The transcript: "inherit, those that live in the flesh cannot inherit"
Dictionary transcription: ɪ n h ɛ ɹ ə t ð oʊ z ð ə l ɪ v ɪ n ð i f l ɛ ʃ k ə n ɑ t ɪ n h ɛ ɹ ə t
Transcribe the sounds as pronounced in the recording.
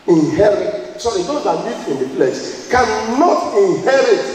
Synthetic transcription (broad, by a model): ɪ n h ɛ ɹ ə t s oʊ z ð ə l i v ɪ n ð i p l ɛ s k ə n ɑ t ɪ n h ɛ ɹ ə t